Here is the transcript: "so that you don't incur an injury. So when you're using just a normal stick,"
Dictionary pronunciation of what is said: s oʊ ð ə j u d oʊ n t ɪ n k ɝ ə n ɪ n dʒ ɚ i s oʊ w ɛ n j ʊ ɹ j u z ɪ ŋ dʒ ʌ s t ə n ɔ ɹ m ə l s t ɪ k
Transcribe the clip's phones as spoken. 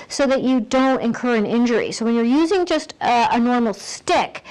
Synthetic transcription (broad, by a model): s oʊ ð ə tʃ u d oʊ n t ɪ n k ɝ ə n ɪ n dʒ ɚ i s oʊ w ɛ n j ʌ ɹ j u z ɪ ŋ dʒ ʌ s t ə n ɔ ɹ m l s t ɪ k